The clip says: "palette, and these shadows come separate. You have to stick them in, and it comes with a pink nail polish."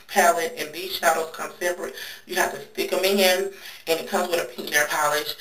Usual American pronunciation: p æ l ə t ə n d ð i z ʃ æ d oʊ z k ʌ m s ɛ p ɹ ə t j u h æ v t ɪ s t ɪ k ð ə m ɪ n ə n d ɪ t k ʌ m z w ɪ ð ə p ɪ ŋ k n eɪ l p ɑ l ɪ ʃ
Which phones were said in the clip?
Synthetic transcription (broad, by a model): p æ l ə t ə n ð i z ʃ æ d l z k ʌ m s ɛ b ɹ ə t j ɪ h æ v t ɪ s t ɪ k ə m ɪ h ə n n ɪ t k ʌ m z w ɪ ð ə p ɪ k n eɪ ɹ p ɑ l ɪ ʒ